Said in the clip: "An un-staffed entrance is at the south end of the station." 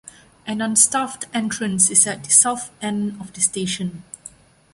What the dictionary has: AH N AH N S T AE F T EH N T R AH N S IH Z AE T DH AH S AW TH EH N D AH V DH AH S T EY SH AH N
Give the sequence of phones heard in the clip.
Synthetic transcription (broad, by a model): AH N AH N S T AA F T EH N T R AH N S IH S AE T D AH S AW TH EH N D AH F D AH S T EY SH AH N